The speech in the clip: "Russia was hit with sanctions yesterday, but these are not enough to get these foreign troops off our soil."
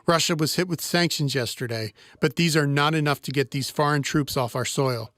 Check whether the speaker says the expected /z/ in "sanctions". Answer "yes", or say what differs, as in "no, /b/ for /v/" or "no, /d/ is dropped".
yes